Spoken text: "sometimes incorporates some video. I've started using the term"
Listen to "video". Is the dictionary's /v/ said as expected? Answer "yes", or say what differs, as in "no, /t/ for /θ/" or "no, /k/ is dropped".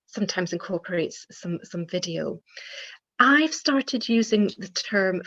yes